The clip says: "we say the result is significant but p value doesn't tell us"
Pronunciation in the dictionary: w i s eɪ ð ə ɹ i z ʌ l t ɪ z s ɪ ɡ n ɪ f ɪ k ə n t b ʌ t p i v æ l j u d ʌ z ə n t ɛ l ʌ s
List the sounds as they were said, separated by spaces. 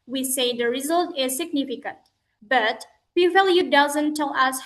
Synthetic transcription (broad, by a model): w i s eɪ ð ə ɹ i z ʌ l t ɪ z s ɪ ɡ n ɪ f ɪ k ə n t b ʌ t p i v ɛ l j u d ʌ z ə n t ɛ l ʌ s